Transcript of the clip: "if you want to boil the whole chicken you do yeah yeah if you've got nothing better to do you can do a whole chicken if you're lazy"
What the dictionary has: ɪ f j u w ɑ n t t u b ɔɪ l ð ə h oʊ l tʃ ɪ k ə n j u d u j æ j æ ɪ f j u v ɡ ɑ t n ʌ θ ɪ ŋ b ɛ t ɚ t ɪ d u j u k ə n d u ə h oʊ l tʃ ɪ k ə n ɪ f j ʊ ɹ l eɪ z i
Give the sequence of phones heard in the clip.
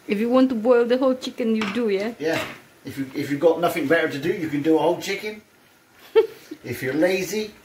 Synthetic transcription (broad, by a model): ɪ f j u w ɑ n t t u b ɔɪ l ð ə h oʊ l tʃ ɪ k ə n j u d u j æ j æ ɪ f j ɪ f ɡ ɑ t n ʌ θ ɪ ŋ b ɛ t ɚ t ɪ d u j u k ə n d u ə h oʊ l tʃ ɪ k ə n ɪ f j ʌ ɹ l eɪ z i